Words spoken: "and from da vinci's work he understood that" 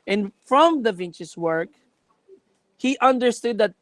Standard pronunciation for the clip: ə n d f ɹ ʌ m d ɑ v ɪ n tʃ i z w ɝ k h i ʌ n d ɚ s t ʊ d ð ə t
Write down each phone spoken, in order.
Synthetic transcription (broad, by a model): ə n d f ɹ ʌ m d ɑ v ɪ n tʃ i s w ɝ k h i ʌ n d ɚ s t ʊ d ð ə t